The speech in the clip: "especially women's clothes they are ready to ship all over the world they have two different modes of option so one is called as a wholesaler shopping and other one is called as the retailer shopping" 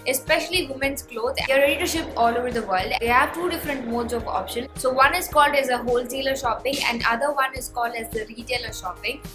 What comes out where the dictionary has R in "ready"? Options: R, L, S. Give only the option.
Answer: L